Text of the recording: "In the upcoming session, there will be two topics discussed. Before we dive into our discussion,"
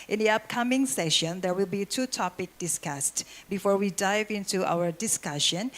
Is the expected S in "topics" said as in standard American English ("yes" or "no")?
no